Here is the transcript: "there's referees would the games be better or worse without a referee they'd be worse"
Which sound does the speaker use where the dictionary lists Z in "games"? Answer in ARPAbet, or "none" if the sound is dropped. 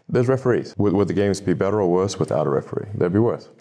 Z